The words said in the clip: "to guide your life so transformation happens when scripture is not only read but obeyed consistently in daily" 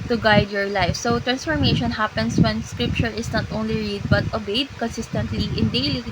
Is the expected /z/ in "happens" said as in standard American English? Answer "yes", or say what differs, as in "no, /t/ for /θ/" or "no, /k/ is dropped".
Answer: no, /s/ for /z/